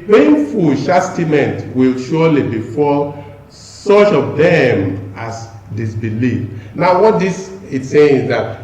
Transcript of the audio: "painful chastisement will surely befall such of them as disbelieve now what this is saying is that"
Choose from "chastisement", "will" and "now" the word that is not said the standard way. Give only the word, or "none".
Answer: chastisement